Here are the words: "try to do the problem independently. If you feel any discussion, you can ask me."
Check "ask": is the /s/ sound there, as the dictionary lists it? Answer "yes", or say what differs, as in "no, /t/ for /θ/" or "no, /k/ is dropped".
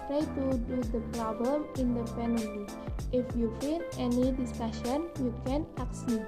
no, /s/ is dropped